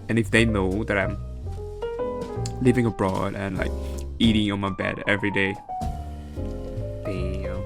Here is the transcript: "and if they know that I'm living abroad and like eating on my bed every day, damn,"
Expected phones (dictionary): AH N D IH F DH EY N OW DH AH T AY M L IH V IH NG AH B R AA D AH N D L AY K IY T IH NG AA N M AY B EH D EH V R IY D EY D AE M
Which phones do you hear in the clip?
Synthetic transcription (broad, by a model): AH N IH F DH EY N OW DH AH T AY M L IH V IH NG AH B R AA D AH N L AY K IY T IH NG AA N M AY B EH D EH V R IY D EY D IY